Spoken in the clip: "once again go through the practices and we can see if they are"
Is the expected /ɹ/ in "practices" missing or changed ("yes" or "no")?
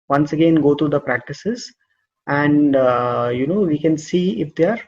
no